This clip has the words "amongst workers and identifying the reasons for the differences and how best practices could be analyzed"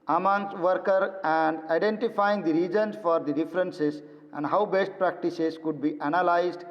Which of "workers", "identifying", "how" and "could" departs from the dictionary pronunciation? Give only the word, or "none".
workers